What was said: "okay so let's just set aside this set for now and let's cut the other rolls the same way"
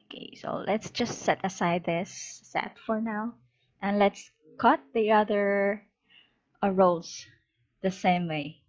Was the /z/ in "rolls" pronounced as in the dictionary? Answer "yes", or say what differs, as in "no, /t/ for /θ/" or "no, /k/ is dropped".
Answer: no, /s/ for /z/